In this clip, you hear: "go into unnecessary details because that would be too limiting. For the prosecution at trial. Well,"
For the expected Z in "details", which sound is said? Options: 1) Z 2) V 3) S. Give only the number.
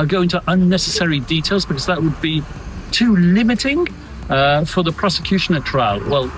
1